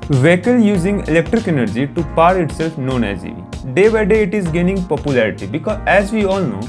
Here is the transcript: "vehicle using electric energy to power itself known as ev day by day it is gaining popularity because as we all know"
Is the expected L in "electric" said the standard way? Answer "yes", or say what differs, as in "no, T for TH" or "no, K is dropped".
yes